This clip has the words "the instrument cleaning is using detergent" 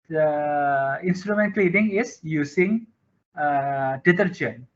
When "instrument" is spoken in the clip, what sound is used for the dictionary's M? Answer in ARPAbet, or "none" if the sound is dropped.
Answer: M